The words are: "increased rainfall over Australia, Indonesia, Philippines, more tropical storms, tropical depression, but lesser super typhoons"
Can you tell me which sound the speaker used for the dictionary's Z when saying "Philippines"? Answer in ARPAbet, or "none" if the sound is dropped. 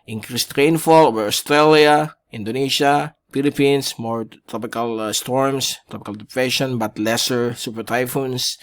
S